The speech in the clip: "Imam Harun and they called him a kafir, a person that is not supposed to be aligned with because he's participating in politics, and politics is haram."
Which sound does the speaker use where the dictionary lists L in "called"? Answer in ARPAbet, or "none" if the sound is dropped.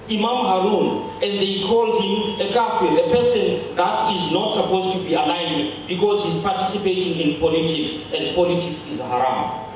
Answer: L